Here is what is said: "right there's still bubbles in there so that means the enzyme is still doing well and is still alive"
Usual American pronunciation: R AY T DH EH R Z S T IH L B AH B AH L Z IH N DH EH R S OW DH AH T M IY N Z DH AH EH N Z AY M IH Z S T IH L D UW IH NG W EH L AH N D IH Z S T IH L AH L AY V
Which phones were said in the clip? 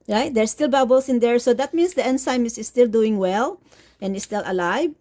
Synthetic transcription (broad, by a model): R AY T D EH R S T IH L B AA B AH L S IH N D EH R S OW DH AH T M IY N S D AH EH N S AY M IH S S T IH L D UW IH NG W EH L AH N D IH S T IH L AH L AY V